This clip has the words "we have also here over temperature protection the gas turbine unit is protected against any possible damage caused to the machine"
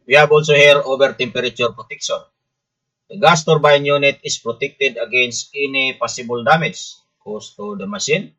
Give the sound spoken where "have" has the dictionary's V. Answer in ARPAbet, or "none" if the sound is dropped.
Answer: B